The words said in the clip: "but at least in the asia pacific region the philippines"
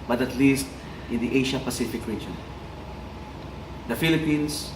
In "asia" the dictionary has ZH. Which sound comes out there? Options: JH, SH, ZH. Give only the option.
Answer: SH